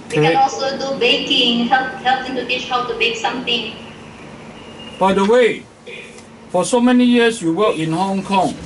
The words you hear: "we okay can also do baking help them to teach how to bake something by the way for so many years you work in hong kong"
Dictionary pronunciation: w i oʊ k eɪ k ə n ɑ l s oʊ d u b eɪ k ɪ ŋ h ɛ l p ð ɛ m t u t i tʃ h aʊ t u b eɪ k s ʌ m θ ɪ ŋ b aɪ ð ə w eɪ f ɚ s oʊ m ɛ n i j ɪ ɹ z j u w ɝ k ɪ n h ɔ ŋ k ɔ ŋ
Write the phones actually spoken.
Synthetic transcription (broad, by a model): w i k k ə n ɑ l s oʊ d u b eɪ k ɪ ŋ h ɛ l p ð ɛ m t u t i tʃ h aʊ t u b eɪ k s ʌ m t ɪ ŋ b aɪ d ə w eɪ f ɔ s oʊ m ɛ n i j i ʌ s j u w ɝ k ɪ n h ɔ ŋ k ɔ ŋ